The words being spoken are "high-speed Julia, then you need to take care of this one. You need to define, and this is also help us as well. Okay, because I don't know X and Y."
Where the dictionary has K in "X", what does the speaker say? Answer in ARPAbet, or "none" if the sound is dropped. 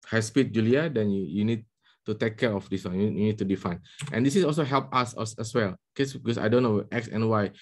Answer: K